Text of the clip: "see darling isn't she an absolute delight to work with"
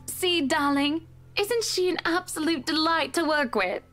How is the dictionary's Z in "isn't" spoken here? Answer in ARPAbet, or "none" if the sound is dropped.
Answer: Z